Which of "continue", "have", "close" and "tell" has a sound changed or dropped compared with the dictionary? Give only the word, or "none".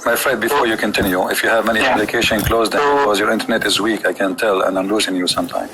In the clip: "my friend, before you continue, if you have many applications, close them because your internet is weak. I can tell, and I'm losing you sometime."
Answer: none